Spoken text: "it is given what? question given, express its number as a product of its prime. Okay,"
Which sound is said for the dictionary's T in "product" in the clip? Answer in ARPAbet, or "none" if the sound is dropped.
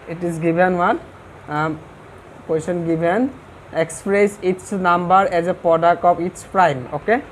T